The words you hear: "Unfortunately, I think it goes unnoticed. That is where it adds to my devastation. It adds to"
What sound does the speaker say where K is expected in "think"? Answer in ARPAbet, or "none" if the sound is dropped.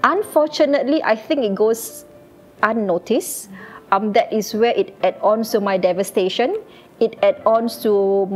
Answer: K